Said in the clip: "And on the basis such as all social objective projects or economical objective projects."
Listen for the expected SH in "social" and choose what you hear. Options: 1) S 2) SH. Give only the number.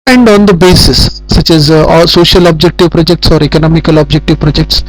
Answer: 2